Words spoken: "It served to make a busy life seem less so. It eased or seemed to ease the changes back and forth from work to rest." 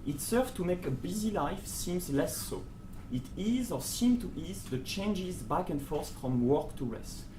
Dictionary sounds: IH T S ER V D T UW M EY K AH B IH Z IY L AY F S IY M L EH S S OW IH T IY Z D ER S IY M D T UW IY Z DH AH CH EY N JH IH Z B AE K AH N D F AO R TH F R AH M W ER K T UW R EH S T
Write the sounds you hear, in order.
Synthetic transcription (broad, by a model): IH T S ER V T UW M EY K AH B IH Z IY L AY F S IY M L EH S S OW IH T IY Z ER S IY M T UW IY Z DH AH CH EY N JH IH Z B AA K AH N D F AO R S F R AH M W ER K T UW R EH S T